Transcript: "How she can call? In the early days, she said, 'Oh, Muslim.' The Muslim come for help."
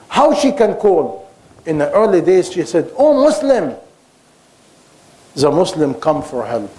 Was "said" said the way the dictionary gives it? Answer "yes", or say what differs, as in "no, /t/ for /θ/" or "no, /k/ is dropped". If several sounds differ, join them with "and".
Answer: yes